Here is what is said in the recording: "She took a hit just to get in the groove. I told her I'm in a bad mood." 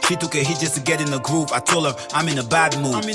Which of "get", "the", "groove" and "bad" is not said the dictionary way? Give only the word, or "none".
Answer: groove